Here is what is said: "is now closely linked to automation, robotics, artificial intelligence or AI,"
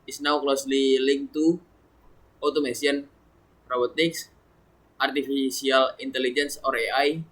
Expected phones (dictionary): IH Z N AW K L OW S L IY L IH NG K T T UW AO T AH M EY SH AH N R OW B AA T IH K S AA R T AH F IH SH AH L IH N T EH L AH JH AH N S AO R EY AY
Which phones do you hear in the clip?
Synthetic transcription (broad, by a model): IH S N AW K L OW S L IY L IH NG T T UW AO T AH M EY S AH N R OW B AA T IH K S AA R T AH F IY S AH L IH N T EH L AH JH AH N S AO R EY AY